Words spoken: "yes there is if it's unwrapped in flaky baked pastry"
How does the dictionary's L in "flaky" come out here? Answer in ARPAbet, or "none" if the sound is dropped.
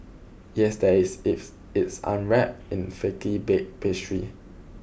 none